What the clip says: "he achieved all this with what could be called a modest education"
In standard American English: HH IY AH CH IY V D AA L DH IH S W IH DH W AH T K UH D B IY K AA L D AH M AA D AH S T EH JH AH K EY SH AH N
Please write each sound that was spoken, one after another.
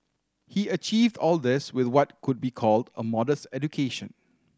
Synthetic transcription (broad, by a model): HH IY AH CH IY V D AA L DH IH S W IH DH W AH T K UH D B IY K AA L D AH M AA D AH S T EH JH AH K EY SH AH N